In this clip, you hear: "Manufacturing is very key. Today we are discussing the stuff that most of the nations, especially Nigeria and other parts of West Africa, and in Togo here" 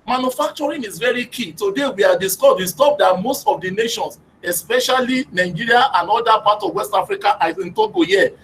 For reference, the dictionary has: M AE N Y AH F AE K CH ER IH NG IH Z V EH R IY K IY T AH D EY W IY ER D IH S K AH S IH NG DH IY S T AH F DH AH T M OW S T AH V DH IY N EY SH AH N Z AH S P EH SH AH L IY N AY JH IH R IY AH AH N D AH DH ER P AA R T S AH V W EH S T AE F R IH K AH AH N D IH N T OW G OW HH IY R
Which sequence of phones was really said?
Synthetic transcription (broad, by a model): M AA N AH F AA K CH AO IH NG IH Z V EH R IY K IY T AH D EY W IY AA D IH S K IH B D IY S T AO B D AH T M OW S T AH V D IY N EY SH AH N S AH S P EH SH AH L IY N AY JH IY R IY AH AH N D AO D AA P AA T AH V W EH S T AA F R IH K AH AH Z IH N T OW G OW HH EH